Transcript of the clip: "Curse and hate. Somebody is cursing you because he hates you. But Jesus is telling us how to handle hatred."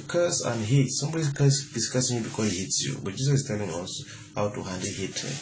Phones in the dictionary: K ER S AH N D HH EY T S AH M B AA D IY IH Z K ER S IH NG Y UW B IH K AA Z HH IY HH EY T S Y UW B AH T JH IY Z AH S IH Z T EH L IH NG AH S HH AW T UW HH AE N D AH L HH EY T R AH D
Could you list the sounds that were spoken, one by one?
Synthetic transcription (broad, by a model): K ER S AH N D HH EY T S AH M B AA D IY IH S K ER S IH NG Y UW B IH K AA HH IY HH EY T S Y UW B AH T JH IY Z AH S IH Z T EH L IH NG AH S HH AW T UW HH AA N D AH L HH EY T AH